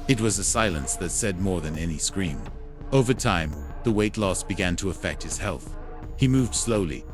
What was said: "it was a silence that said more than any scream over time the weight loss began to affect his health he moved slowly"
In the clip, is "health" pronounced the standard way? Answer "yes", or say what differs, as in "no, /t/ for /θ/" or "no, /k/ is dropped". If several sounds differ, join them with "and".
yes